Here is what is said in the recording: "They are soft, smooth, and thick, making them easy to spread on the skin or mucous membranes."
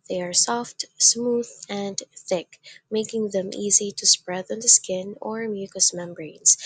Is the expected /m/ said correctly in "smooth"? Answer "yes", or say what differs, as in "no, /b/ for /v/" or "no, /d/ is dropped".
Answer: yes